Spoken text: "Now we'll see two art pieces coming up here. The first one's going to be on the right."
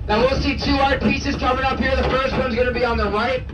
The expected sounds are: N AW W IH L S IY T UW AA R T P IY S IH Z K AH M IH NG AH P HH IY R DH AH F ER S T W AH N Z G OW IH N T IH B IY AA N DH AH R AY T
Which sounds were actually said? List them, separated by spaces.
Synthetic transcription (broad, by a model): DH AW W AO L S IY T UW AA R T P IY S IH Z K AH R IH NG AH P HH IY R DH AH F ER S T W AH N Z G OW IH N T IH B IY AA N DH AH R AY T